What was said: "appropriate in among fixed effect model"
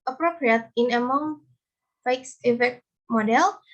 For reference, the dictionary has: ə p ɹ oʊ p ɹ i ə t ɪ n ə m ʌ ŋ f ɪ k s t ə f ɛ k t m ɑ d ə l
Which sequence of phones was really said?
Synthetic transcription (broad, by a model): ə p ɹ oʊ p ɹ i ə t ɪ n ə m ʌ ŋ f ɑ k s ə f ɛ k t m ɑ d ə l